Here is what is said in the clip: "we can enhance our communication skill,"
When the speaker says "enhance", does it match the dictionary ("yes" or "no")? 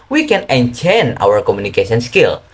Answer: no